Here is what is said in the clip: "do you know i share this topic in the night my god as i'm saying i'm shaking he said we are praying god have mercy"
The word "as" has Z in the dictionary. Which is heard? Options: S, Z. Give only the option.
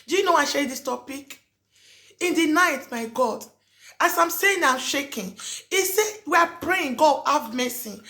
S